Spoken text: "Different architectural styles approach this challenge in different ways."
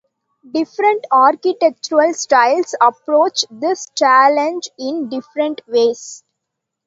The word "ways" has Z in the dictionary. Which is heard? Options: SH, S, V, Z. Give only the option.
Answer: S